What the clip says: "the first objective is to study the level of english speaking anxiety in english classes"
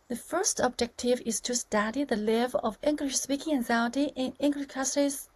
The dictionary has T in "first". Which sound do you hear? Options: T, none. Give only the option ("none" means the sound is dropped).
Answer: T